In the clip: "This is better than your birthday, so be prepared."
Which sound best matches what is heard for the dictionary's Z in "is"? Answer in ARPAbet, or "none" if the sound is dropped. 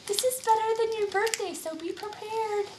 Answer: Z